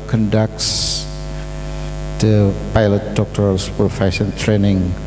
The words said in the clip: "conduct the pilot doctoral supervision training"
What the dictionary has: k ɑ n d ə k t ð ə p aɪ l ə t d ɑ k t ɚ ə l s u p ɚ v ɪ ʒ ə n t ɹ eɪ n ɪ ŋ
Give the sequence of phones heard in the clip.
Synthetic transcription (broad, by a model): k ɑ n d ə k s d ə p aɪ l ə t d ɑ k t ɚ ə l s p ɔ f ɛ s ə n t ɹ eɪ n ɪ ŋ